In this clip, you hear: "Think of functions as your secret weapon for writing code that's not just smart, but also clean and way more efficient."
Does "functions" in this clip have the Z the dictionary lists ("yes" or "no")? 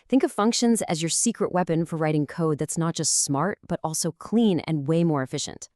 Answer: yes